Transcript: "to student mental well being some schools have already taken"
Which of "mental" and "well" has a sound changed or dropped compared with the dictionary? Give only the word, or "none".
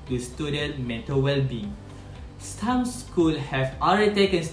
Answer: mental